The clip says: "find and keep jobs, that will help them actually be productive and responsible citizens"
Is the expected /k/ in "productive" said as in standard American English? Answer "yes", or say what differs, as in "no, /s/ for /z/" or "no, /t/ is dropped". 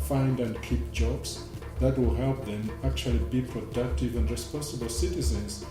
yes